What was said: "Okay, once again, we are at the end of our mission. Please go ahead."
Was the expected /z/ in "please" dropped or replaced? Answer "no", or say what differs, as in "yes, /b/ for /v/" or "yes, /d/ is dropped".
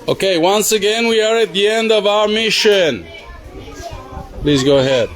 no